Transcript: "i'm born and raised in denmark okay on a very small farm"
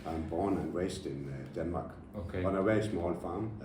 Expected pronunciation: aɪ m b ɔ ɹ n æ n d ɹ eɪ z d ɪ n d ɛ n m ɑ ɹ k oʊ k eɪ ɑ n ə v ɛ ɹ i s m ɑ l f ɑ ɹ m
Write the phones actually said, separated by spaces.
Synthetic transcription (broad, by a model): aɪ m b ɔ n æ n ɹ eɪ s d ɪ n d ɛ n m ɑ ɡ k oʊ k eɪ ɑ n ə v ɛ i s m ɑ l f ɑ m